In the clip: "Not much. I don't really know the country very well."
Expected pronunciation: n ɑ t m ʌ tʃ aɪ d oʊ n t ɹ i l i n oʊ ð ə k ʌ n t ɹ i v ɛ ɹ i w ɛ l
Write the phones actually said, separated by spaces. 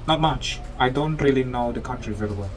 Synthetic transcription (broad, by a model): n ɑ t m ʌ tʃ aɪ d oʊ n t ɹ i l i n oʊ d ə k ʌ n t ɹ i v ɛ l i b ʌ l